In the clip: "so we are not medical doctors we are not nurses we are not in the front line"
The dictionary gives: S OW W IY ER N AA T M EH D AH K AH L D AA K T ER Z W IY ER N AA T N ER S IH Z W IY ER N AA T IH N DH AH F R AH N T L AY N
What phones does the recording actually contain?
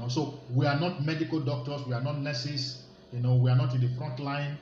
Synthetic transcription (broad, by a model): S OW W IY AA N AA T M EH D AH K AH L D AA K T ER S W IY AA N AA T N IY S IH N W IY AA N AA T IH N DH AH F R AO N T L AY N